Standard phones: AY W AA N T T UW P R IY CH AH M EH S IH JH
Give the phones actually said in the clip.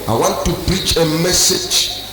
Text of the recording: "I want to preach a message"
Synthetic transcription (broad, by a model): AY W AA N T T UW B R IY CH AH M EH S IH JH